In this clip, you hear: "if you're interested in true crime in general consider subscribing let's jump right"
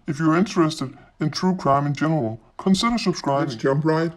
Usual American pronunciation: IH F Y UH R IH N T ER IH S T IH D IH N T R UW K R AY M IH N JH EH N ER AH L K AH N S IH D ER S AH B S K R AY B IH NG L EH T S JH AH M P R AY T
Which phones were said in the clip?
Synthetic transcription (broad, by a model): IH F Y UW R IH N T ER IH S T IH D IH N T R UW K R AY M IH N JH EH N ER AH L K AH N S IH D ER S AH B S K R AY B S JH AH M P R AY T